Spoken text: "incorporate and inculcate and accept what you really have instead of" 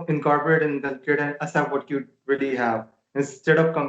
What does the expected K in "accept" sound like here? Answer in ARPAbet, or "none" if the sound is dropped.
none